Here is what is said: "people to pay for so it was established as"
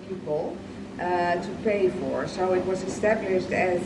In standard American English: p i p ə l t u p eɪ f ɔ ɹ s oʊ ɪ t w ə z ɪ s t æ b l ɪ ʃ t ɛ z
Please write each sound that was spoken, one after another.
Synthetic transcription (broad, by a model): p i p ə l t u p eɪ f ɔ ɹ s oʊ ɪ t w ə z ɪ s t æ b l ɪ ʃ t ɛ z